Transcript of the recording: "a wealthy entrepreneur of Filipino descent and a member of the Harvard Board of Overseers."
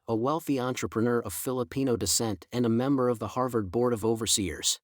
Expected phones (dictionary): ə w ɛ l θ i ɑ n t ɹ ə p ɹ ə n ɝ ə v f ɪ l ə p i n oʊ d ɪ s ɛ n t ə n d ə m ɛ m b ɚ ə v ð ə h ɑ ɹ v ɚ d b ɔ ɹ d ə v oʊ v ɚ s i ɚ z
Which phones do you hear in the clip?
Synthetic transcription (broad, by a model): ə w ɛ l θ i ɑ n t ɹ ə p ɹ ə n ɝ ə v f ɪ l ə p i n oʊ d ɪ s ɛ n t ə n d ə m ɛ m b ɚ ə v ð ə h ɑ ɹ v ɚ d b ɔ ɹ d ə v oʊ v ɚ s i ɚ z